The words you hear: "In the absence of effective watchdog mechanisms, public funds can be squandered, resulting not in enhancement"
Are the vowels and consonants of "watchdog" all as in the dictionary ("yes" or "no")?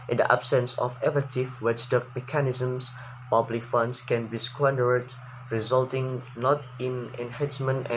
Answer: no